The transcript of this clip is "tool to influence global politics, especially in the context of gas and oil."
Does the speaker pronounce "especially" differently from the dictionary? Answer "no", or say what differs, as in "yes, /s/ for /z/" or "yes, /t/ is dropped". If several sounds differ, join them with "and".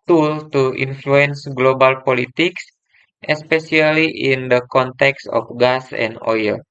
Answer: yes, /s/ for /ʃ/